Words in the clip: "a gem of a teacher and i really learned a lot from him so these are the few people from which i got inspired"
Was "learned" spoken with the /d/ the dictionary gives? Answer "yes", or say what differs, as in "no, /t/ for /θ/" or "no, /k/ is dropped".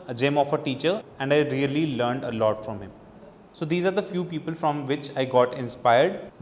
yes